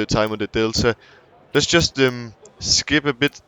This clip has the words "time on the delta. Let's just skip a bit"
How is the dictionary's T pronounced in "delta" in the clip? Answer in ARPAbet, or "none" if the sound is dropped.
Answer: S